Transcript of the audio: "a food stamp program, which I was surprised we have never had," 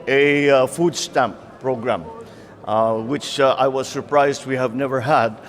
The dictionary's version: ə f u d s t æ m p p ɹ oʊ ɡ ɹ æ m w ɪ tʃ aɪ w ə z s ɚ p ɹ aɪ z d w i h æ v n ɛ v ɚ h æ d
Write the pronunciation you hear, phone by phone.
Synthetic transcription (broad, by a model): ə f u d s t æ m p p ɹ oʊ ɡ ɹ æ m w ɪ tʃ aɪ w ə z s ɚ p ɹ aɪ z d w i h æ v n ɛ v ɚ h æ d